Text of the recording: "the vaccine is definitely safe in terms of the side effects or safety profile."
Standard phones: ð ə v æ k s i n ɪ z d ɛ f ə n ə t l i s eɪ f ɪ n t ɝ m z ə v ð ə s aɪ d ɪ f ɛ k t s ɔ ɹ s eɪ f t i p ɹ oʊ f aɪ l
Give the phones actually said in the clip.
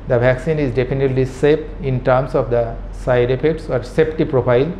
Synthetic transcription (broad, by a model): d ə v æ k s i n ɪ z d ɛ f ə n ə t l i s eɪ p ɪ n t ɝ m s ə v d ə s aɪ d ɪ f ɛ k t s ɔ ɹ s eɪ p t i p ɹ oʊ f aɪ l